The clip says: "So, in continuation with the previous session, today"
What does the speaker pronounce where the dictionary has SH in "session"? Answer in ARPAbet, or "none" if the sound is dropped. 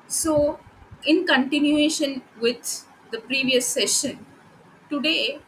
SH